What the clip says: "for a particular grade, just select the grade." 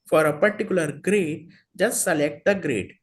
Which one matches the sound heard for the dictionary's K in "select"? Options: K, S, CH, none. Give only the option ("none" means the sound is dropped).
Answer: K